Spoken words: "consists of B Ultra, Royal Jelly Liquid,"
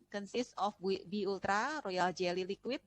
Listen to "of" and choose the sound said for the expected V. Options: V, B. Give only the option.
B